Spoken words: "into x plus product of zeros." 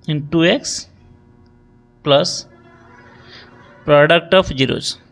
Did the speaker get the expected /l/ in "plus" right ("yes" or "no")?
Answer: yes